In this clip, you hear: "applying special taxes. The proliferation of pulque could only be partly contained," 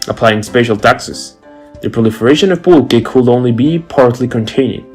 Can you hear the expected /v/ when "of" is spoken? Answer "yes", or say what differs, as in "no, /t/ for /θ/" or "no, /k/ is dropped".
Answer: yes